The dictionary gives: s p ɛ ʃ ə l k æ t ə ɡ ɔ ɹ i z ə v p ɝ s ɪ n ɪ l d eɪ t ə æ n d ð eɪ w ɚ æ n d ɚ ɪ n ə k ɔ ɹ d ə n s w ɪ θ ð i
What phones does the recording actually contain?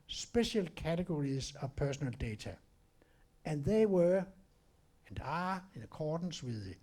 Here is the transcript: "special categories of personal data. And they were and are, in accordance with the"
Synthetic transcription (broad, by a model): s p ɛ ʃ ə l k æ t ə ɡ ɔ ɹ i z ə p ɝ s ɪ n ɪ l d eɪ s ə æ n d ð eɪ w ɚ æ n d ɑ ɪ n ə k ɔ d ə n s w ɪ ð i